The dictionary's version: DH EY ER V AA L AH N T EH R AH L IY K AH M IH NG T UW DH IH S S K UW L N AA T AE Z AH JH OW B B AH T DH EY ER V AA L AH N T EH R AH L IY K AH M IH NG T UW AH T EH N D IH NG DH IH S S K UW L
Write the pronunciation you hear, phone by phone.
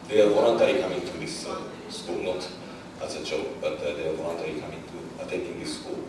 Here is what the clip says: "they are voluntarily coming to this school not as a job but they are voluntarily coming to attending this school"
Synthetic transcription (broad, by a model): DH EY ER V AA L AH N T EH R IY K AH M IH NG T UW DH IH S S K UW L N AA T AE S AH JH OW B B AH T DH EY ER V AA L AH N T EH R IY K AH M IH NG T UW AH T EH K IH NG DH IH S S K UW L